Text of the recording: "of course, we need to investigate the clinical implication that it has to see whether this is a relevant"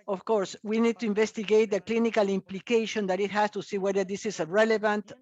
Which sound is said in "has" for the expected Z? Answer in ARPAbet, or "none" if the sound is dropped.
S